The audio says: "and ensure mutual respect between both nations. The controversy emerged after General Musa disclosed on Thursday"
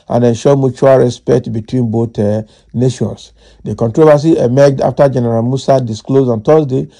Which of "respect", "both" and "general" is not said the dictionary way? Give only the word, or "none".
both